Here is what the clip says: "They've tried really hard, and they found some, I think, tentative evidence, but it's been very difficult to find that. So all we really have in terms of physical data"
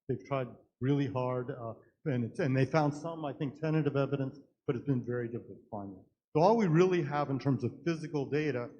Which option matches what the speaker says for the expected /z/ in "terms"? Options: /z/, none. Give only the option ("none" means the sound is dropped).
/z/